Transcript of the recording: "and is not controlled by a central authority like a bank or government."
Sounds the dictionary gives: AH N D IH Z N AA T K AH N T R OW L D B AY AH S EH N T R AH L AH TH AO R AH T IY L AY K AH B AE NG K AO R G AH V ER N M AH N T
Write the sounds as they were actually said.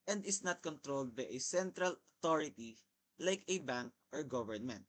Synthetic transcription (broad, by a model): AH N D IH S N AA T K AH N T R OW L D B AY AH S EH N T R AH L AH T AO R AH T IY L AY K AH B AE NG K AO R G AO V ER N M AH N T